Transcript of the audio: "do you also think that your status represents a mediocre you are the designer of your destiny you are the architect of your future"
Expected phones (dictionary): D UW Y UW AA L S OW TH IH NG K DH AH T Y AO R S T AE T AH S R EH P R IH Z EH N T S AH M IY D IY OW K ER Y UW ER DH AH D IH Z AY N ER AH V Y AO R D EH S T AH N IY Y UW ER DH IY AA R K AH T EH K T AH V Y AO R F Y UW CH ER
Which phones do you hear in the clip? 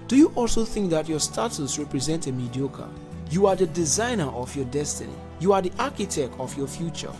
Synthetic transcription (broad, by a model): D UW Y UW AA L S OW TH IH NG K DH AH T Y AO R S T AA T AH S R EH P R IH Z EH N T AH M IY D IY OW K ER Y UW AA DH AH D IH Z AY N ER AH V Y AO D EH S T AH N IY Y UW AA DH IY AA K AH T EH K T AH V Y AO F Y UW CH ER